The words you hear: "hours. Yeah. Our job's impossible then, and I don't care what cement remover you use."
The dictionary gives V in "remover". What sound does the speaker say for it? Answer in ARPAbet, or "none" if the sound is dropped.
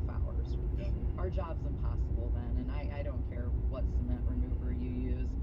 B